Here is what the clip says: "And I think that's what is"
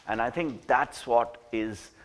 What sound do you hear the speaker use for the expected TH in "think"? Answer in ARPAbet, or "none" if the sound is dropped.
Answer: T